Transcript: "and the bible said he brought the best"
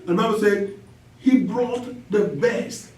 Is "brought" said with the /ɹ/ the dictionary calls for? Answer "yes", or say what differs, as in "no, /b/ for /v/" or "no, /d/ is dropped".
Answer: yes